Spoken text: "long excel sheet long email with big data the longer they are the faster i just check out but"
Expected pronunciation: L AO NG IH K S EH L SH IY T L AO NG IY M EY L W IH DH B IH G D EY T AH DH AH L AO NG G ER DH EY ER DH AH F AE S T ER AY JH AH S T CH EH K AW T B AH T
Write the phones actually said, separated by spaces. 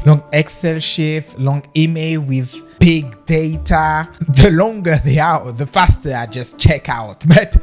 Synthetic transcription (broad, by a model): L AO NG IH K S EH L SH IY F L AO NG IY M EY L W IH DH B IH G D EY T AH DH AH L AO NG G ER DH EY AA DH AH F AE S T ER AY JH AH S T CH EH K AW T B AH T